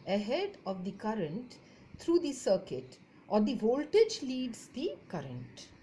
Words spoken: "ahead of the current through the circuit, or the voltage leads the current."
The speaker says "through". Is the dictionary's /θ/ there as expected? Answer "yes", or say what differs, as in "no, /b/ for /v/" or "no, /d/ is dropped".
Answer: no, /t/ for /θ/